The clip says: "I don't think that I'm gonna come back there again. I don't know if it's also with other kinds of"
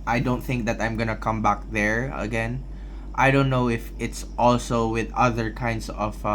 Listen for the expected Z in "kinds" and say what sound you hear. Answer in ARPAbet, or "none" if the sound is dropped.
S